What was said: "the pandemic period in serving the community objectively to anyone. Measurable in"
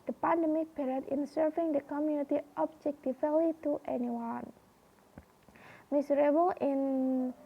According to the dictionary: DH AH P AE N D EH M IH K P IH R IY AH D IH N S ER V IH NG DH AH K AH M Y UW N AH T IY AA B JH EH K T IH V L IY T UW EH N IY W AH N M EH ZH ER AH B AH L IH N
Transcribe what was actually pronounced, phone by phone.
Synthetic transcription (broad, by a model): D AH P AE N D EH M IH K B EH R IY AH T IH N S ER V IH NG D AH K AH M Y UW N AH T IY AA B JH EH K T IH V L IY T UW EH N IY W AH N M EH S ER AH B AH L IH N